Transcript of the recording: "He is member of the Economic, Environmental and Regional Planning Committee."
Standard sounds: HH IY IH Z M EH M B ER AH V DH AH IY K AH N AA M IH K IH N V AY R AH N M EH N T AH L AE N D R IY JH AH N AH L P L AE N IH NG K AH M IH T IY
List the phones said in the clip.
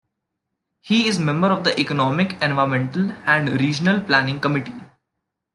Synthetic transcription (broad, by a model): HH IY IH Z M EH M B ER AH V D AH IY K AH N AA M IH K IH N V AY AH M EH N T AH L AE N D R IY JH AH N AH L P L AE N IH NG K AH M IH T IY